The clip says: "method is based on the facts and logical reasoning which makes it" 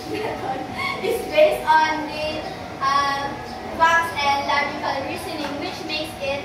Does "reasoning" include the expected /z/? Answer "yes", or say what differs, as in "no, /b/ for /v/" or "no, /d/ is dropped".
no, /s/ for /z/